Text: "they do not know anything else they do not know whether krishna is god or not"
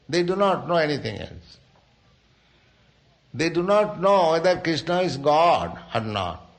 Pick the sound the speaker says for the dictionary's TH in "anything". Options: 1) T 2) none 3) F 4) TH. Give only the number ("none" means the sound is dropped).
1